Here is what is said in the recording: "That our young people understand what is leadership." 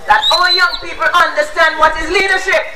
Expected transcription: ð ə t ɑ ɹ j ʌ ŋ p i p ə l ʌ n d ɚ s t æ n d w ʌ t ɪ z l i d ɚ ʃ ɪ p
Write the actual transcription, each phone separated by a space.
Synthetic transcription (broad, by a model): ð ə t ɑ l j ʌ ŋ p i p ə l ʌ n d ɚ s t æ n d w ʌ t ɪ z l i d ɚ ʃ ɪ p